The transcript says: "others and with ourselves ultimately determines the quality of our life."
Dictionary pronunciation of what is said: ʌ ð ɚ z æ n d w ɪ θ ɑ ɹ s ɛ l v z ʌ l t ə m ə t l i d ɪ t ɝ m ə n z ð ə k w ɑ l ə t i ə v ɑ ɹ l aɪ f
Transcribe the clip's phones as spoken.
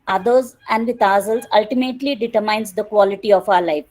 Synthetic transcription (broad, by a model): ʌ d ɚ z æ n d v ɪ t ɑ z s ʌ l z ʌ l t ə m ə t l i d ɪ t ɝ m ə n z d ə k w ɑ l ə t i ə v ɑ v l aɪ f